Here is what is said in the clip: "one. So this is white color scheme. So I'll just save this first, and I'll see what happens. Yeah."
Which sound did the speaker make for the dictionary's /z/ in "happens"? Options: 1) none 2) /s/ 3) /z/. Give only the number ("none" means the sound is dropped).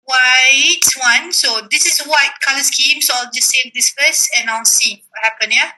1